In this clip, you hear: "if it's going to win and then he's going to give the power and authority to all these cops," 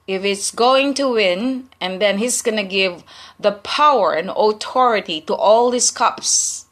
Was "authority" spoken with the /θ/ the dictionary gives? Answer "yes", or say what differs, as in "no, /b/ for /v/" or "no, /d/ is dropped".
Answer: no, /t/ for /θ/